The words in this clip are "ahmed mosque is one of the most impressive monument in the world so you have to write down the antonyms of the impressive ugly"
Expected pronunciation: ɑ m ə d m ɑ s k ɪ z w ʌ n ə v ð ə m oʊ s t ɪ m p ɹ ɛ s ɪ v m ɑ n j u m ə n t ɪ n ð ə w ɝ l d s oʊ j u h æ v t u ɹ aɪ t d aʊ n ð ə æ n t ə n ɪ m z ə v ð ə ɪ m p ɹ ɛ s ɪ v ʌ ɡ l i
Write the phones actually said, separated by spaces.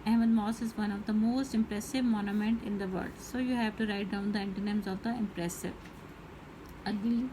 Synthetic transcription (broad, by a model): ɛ m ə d m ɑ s ɪ z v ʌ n ə v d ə m oʊ s t ɪ m p ɹ ɛ s ɪ v m ɑ n j u m ə n t ɪ n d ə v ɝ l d s oʊ j u h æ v t u ɹ aɪ t d aʊ n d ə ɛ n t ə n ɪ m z ə v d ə ɪ m p ɹ ɛ s ɪ v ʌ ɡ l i